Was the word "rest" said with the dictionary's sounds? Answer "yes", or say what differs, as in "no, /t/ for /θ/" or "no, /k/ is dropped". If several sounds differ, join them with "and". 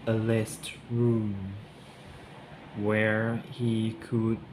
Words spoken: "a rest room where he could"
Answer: no, /l/ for /ɹ/